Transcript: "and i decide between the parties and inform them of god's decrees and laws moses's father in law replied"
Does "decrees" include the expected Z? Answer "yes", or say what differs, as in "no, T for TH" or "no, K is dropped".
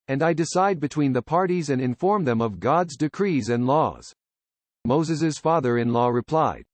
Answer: yes